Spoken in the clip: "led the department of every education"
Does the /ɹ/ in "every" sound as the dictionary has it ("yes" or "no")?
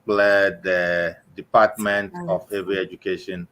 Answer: no